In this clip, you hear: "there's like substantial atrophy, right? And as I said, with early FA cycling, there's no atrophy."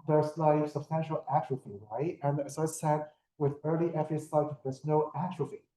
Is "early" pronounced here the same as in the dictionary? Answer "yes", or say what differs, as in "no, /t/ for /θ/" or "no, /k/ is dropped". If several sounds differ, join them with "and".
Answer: yes